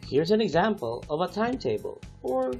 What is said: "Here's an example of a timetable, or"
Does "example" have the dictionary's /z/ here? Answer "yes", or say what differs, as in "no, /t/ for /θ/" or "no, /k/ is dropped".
yes